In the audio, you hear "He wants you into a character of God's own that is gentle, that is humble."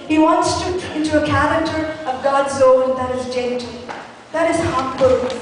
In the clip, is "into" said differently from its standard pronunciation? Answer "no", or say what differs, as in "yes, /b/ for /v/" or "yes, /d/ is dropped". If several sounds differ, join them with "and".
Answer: no